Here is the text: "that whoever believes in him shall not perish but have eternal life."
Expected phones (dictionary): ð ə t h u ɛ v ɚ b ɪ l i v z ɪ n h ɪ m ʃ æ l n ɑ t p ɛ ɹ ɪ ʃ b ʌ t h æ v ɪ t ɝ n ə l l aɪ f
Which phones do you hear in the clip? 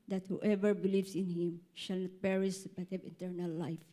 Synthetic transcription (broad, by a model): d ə t h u ɛ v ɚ b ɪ l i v s ɪ n h ɪ m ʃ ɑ l n ɑ t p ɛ ɹ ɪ s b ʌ t h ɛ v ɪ t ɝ n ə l l aɪ f